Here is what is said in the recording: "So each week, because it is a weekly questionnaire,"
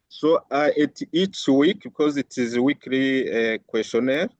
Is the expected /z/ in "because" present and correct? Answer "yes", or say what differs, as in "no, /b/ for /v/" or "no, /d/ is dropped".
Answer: yes